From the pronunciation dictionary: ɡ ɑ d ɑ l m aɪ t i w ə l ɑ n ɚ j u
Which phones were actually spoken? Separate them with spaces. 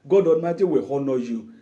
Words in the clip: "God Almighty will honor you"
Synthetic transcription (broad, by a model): ɡ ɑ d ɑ n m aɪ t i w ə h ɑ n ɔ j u